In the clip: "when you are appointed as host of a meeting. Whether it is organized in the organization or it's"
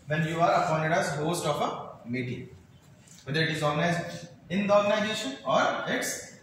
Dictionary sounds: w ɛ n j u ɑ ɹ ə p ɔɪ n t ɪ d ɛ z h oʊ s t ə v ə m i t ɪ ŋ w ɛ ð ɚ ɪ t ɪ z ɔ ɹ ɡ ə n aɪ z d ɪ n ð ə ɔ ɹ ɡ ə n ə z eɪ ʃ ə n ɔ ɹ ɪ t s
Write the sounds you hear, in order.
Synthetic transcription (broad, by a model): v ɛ n j u ɑ ɹ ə f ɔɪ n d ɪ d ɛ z h oʊ s t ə f ə m i t ɪ ŋ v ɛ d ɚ ɪ t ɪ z ɔ ɹ ɡ ə n aɪ z d ɪ n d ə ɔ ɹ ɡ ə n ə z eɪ ʃ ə n ɔ ɹ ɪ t s